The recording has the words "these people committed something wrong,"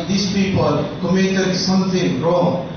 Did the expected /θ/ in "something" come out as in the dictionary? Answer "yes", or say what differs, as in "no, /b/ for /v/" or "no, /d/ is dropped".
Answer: no, /t/ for /θ/